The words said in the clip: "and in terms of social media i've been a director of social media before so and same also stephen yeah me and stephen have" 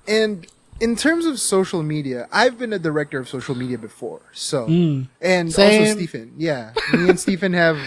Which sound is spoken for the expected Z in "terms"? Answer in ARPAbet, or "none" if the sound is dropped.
Z